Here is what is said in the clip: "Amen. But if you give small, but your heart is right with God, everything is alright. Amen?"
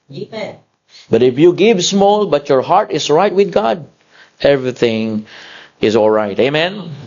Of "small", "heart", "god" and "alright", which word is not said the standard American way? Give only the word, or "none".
none